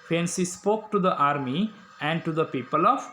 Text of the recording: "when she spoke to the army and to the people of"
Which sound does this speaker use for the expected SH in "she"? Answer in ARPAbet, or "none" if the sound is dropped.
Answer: S